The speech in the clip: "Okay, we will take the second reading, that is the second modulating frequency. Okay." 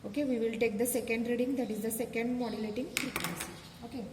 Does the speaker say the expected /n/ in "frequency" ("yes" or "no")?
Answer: no